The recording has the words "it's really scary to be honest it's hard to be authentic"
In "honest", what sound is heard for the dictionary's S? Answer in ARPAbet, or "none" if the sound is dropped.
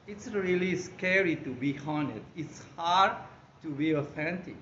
none